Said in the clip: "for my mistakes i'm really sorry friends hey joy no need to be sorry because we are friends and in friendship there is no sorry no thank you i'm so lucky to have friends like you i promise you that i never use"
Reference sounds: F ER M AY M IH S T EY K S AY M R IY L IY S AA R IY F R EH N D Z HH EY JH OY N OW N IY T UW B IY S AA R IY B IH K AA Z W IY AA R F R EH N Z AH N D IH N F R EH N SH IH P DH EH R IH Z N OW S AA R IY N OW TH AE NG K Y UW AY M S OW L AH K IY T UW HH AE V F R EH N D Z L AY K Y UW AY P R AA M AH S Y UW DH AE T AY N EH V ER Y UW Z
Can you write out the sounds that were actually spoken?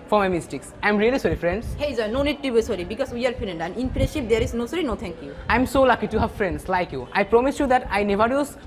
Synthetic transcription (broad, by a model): F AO M AY M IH S T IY K S AY M R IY L IY S AA R IY F R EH N D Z HH EY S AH N OW N IY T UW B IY S AA R IY B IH K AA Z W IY AA R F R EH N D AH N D IH N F IY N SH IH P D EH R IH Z N OW S AA R IY N OW T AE NG K Y UW AY M S OW L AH K IY T UW HH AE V F R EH N D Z L AY K Y UW AY P R AA M AH S Y UW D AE T AY N EH V ER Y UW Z